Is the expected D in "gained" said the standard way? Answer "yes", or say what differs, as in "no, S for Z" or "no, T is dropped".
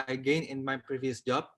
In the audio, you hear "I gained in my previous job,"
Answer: no, D is dropped